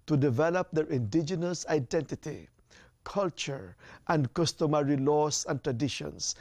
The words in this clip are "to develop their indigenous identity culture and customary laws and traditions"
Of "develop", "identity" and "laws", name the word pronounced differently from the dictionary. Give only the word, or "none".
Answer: laws